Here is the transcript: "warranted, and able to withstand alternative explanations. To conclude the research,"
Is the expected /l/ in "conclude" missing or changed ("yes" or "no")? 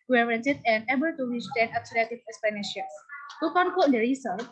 yes